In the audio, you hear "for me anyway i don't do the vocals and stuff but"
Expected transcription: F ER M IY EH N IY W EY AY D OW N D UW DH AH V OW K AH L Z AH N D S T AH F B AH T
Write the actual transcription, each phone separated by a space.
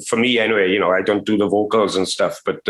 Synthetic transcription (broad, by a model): F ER M IY EH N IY W EY AY D OW N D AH DH AH V OW K AH L Z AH N S T AH F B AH T